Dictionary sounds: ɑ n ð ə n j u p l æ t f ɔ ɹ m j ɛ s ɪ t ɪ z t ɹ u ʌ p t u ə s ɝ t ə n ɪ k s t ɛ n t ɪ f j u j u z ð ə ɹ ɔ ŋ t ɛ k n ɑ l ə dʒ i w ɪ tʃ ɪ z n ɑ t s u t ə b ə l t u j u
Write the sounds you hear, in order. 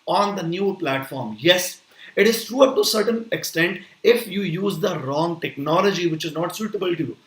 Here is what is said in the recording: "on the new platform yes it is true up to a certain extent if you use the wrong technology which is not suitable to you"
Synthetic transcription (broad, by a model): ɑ n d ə n j u p l æ t f ɔ ɹ m j ɛ s ɪ t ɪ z t ɹ u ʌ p t u ə s ɝ t ə n ɪ k s t ɛ n t ɪ f j u j u z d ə ɹ ɔ ŋ t ɛ k n ɑ l ə dʒ i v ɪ tʃ ɪ z n ɑ t s u t ə b ə l t u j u